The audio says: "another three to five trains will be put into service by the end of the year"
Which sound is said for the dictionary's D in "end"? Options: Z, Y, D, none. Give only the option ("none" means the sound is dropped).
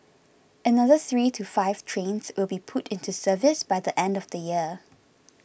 D